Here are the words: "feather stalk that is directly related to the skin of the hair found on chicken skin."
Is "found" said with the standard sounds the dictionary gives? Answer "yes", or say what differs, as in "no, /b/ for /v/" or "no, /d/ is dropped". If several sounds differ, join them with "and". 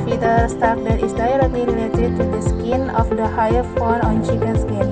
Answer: no, /n/ is dropped